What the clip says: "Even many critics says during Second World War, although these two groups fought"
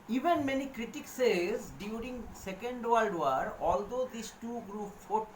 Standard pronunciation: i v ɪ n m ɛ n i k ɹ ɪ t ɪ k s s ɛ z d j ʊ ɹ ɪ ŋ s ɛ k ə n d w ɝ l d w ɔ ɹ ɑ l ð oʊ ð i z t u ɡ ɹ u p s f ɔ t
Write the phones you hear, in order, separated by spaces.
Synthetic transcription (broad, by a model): i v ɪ n m ɛ n i k ɹ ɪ t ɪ k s s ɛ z d j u ɹ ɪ ŋ s ɛ k ə n d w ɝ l d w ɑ ɹ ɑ l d oʊ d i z t u ɡ ɹ u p f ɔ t